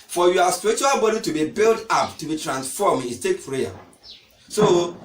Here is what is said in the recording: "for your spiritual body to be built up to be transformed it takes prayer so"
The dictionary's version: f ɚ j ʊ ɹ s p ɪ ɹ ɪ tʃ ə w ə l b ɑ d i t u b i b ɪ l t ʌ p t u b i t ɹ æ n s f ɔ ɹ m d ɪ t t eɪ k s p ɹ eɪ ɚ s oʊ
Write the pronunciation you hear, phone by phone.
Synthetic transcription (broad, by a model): f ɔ j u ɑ s p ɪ ɹ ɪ tʃ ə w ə l b ɑ d i t u b i b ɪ l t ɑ p t u b i t ɹ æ n s f ɔ m ɪ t t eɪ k p ɹ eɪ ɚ s oʊ